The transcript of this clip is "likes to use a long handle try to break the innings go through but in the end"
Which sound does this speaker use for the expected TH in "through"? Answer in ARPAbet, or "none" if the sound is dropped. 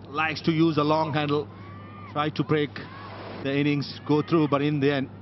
T